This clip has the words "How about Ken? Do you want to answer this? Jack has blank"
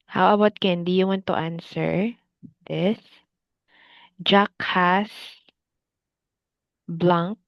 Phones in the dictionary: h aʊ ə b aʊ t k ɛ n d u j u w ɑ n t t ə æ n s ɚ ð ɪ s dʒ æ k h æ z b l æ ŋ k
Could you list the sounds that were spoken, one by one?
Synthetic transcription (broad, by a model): h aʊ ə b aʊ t k ɛ n d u j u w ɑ n t t ə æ n s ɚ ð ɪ s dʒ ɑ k h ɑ s b l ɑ ŋ k